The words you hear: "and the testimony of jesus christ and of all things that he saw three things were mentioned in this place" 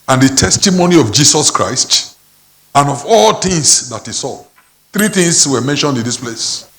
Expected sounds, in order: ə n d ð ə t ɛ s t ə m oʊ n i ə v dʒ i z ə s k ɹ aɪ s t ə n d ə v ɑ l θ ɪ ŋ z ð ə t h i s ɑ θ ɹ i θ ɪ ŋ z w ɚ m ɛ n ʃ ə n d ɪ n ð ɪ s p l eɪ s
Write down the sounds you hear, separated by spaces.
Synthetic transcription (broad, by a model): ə n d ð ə t ɛ s t ə m oʊ n i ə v dʒ i s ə s k ɹ aɪ s t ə n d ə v ɑ l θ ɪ ŋ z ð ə t h i s ɑ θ ɹ i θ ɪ ŋ s w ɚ m ɛ n ʃ ə n d ɪ n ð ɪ s p l eɪ s